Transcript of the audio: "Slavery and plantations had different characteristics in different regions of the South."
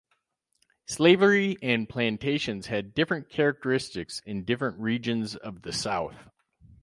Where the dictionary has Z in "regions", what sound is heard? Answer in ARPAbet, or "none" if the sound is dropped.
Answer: Z